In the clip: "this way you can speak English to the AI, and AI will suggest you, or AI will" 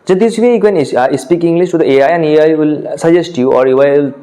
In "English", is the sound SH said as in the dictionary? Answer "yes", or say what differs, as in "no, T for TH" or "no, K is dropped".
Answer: no, S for SH